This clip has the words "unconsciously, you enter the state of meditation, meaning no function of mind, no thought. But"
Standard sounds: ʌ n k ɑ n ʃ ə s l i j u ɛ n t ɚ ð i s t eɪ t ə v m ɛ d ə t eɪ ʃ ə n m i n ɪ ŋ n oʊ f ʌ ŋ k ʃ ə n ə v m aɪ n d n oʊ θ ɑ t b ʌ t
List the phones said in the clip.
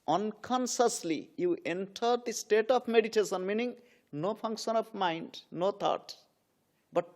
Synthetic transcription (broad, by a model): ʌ n k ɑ n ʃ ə s l i j u ɛ n t ɚ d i s t eɪ t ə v m ɛ d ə t eɪ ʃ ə n m i n ɪ ŋ n oʊ p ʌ ŋ k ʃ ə n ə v m aɪ n d n oʊ t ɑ t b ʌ t